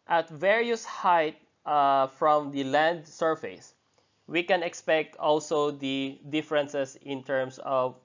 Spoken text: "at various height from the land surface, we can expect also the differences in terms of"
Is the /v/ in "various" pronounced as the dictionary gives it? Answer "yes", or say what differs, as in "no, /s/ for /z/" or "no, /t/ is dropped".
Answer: yes